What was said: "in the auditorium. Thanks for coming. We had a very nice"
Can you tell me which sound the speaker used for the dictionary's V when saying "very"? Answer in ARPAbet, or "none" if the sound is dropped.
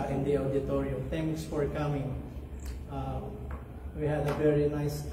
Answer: V